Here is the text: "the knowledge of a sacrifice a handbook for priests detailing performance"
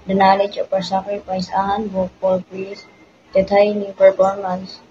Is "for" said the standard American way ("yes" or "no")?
no